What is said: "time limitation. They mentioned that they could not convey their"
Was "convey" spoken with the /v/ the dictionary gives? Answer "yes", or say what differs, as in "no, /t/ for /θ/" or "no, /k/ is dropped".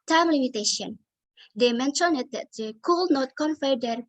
no, /f/ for /v/